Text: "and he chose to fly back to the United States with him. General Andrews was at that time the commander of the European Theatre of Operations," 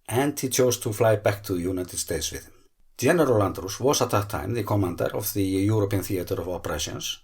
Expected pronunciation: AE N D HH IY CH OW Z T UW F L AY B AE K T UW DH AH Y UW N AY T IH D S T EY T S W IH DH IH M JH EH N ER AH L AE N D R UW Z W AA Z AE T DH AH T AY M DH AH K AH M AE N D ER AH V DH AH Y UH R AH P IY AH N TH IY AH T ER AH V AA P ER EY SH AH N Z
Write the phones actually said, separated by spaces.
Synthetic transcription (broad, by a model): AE N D HH IY CH OW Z T UW F L AY B AE K T UW DH AH Y UW N AY T IH D S T EY T S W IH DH IH M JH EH N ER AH L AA N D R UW S W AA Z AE T DH AH T AY M DH AH K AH M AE N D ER AH V DH AH Y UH R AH P IY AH N TH IY AH T ER AH V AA P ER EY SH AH N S